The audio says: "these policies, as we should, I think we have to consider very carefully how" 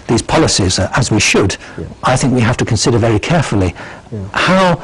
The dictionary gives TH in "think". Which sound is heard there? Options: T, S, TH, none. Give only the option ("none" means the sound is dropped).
TH